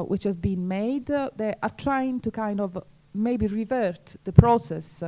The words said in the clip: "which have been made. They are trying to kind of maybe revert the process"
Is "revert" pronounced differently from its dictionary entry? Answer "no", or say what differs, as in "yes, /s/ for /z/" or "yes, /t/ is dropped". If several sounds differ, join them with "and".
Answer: no